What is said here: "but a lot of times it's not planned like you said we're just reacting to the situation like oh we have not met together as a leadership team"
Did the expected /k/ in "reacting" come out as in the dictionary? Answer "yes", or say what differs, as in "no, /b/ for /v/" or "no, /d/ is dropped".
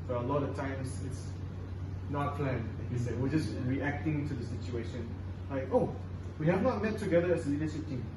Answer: yes